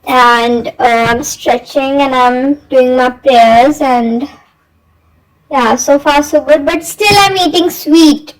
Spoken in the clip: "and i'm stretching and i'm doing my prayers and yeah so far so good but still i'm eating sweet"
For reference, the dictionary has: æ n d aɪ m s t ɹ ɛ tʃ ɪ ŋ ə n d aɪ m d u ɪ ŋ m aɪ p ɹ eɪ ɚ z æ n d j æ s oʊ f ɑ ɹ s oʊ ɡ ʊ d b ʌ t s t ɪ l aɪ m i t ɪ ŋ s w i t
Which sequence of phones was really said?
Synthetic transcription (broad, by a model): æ n d aɪ m s t ɹ ɛ tʃ ɪ ŋ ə n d aɪ m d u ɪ ŋ m aɪ p ɹ eɪ ɚ z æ n d j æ s oʊ f ɑ ɹ s oʊ ɡ ʊ d b ʌ t s t ɪ l aɪ m i t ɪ ŋ s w i t